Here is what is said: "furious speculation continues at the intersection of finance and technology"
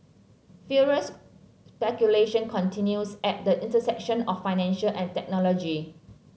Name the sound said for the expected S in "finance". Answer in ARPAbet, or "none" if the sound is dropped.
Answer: SH